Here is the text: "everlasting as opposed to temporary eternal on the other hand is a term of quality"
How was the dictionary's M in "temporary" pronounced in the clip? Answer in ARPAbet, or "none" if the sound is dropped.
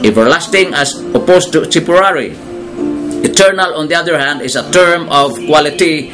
none